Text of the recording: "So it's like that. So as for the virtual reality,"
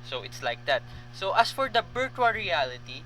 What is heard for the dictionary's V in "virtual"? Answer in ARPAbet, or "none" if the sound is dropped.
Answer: B